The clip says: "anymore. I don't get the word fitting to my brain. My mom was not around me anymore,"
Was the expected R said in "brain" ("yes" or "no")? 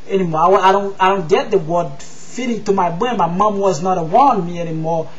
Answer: no